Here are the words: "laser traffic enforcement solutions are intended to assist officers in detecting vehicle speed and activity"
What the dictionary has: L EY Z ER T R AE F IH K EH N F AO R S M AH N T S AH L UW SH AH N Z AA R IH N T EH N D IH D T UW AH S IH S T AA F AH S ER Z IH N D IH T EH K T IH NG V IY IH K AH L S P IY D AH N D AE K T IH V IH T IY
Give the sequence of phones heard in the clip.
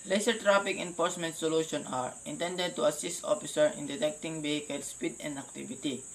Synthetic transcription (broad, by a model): L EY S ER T R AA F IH K EH N F AO R S M AH N T S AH L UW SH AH N AA R IH N T EH N D IH D T UW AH S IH S T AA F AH S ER IH N D IH T EH K T IH NG B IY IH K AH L S P IY D AH N D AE K T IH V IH T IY